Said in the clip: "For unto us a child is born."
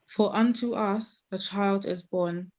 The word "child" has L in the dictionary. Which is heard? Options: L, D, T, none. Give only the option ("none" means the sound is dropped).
L